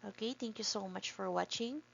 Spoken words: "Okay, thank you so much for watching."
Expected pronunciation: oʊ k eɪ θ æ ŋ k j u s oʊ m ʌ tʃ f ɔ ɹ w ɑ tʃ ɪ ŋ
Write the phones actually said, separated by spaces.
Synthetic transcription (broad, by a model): oʊ k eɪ t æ ŋ k j u s oʊ m ʌ tʃ f ɔ ɹ w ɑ tʃ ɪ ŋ